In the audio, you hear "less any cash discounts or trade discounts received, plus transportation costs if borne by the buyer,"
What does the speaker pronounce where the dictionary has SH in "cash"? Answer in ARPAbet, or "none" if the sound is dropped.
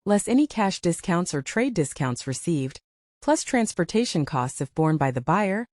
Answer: SH